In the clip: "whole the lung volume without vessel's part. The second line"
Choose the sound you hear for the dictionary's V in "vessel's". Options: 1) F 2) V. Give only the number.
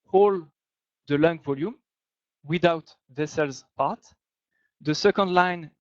2